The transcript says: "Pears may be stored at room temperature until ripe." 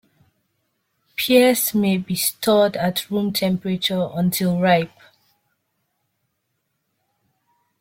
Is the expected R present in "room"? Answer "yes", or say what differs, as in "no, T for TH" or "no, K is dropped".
yes